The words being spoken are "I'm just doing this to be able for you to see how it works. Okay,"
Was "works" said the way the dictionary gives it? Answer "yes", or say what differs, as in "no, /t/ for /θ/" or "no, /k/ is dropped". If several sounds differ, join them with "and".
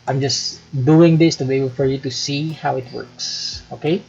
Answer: yes